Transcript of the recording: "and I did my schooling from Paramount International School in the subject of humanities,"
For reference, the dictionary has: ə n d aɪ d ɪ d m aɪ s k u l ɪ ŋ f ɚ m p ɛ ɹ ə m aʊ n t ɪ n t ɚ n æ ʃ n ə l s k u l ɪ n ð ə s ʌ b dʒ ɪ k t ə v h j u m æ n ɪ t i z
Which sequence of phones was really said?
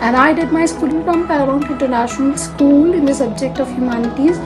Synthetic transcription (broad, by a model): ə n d aɪ d ɪ d m aɪ s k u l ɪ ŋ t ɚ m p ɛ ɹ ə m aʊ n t ɪ n t ɚ n æ ʃ n ə l s k u l ɪ n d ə s ʌ b dʒ ɪ k t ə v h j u m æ n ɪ t i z